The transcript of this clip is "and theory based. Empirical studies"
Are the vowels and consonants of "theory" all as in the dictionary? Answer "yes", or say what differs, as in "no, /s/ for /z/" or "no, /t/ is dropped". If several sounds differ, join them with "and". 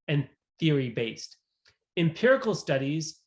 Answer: yes